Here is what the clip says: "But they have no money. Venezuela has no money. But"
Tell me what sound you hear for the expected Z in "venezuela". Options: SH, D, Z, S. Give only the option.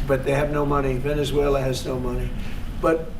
Z